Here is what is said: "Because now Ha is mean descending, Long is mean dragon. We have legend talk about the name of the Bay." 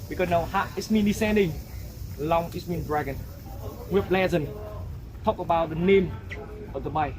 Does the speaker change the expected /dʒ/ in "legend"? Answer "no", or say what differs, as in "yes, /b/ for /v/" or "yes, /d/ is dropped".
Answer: yes, /z/ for /dʒ/